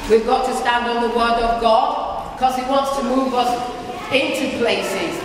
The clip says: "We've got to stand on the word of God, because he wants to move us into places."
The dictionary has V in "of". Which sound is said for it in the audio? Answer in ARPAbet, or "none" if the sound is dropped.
V